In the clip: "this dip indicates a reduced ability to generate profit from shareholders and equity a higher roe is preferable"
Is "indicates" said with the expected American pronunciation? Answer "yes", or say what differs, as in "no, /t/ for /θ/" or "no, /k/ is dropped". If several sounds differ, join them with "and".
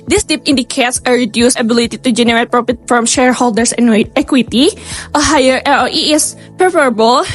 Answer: yes